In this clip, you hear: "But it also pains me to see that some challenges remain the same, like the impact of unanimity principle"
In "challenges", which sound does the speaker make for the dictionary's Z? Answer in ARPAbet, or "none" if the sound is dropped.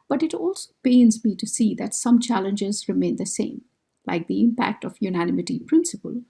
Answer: Z